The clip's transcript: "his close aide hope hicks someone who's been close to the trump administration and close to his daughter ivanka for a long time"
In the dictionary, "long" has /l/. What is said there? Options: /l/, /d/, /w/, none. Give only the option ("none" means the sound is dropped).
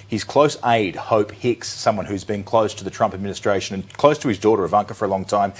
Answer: /l/